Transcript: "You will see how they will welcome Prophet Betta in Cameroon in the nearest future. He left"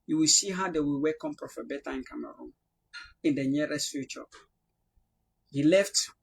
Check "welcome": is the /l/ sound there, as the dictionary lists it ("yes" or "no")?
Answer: no